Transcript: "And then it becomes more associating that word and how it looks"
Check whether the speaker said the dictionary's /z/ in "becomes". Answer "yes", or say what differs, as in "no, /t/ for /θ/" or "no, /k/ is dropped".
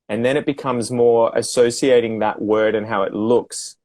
yes